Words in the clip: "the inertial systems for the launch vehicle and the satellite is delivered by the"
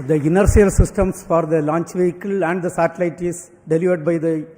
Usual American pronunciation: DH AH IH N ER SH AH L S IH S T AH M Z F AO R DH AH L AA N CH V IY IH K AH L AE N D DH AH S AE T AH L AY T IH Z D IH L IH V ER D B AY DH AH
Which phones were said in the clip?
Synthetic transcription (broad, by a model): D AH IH N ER S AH L S IH S T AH M S F AO R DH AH L AA N CH V IY IH K AH L AE N D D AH S AE T AH L AY T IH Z D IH L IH V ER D B AY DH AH